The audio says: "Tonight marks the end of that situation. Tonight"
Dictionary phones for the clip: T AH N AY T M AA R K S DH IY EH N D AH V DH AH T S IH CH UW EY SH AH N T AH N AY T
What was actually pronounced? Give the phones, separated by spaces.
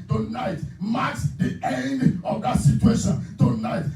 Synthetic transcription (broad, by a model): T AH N AY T M AA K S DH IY EH N D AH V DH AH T S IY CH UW EY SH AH N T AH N AY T